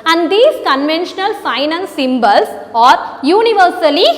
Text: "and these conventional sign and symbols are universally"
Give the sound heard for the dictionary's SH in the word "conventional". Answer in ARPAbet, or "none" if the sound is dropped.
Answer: SH